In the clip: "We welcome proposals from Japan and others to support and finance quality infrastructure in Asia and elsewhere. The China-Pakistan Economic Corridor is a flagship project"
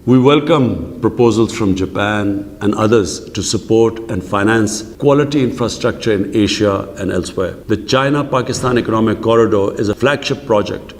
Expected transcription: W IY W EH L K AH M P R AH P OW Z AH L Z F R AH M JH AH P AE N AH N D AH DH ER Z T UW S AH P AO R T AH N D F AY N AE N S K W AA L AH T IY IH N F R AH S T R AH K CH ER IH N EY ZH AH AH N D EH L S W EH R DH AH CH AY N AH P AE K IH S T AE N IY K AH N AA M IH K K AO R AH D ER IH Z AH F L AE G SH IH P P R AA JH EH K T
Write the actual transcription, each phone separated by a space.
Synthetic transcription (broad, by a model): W IY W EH L K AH M P R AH P OW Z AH L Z F R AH M JH AH P AE N AH N D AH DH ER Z T UW S AH P AO R T AH N D F AY N AE N S K W AA L AH T IY IH N F R AH S T R AH K CH ER IH N EY SH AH AH N D EH L S W EH R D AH CH AY N AH P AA K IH S T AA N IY K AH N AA M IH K K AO R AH D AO IH Z AH F L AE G SH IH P P R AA JH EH K T